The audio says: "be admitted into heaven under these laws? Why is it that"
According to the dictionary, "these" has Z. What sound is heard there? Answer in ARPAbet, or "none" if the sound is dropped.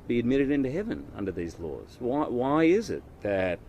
Z